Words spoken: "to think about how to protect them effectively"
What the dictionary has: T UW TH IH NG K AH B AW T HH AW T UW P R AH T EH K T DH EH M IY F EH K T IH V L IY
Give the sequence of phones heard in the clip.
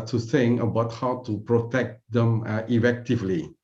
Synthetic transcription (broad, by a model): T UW S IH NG AH B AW T HH AW T UW P R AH T EH K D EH M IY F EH K T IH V L IY